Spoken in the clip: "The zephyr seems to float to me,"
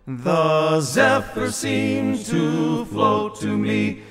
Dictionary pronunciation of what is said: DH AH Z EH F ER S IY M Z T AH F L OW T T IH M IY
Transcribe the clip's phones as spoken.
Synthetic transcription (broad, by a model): DH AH Z EH F ER S IY M T AH F L OW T T IH M IY